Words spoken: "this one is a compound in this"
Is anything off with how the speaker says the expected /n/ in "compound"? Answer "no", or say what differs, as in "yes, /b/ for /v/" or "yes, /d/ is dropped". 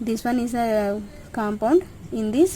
no